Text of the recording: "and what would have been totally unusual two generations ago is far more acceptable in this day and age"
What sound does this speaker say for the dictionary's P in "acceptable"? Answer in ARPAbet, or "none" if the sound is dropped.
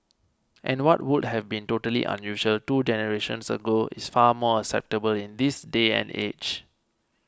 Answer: P